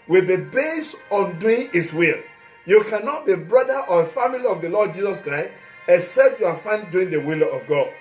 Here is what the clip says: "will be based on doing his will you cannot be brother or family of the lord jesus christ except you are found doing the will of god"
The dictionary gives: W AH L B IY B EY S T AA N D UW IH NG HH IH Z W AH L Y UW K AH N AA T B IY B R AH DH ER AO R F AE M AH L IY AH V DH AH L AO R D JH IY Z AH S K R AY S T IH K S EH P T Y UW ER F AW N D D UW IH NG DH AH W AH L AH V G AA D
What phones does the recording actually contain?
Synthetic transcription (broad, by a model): W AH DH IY B EY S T AA N D UW IH NG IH S W AH L Y UW K AH N AA T B IY B R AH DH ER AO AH F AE M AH L IY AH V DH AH L AO D JH IY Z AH S K R AY S T IH K S EH P T Y UW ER F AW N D D UW IH NG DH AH W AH L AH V G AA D